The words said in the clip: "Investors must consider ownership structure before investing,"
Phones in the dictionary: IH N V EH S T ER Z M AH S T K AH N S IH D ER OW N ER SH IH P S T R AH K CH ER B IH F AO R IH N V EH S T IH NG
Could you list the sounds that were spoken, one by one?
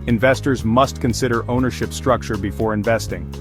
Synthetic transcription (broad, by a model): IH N V EH S T ER Z M AH S T K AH N S IH D ER OW N ER SH IH P S T R AH K CH ER B IH F AO R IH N V EH S T IH NG